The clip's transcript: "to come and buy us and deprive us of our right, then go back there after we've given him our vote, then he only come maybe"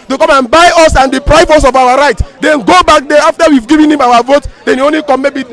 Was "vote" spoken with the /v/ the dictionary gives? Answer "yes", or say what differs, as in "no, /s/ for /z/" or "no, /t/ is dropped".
yes